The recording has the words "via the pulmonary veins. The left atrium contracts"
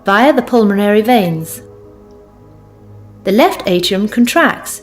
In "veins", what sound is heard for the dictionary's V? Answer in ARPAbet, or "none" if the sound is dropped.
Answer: V